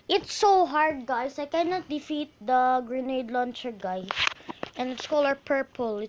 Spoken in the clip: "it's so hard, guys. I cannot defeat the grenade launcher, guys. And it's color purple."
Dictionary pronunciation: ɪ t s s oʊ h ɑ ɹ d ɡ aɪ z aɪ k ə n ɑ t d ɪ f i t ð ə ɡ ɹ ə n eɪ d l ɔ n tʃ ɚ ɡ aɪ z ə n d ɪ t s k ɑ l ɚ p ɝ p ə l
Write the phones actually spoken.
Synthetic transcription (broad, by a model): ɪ t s s oʊ h ɑ ɹ d ɡ aɪ s aɪ k ə n ɑ t d ɪ f i t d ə ɡ ɹ ə n eɪ d l ɔ n tʃ ɚ ɡ aɪ ə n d ɪ t s k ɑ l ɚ p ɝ p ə l